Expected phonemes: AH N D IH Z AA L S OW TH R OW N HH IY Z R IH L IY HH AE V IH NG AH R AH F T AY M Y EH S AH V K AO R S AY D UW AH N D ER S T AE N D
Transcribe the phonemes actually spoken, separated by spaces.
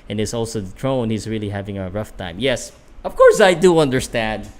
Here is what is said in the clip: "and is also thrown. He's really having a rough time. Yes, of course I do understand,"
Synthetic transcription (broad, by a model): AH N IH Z AA L S OW T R OW N HH IY Z R IH L IY HH AE V IH NG AH R AH F T AY M Y EH S AH V K AO R S AY D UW AH N D ER S T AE N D